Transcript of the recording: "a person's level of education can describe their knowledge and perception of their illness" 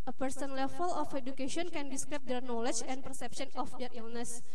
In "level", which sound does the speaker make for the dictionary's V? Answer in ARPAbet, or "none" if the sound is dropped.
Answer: F